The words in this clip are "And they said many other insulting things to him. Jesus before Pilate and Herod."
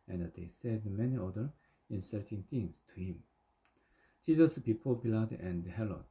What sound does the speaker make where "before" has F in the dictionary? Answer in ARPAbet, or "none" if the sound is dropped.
P